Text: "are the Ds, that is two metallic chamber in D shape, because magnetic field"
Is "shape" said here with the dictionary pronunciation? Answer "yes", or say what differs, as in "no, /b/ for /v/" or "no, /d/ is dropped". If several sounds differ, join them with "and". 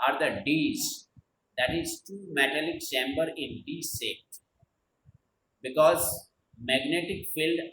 no, /s/ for /ʃ/